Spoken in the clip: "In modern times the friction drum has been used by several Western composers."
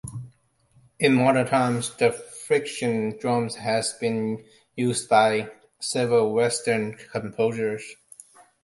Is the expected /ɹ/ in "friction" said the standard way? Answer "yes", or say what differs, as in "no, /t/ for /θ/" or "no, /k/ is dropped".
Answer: yes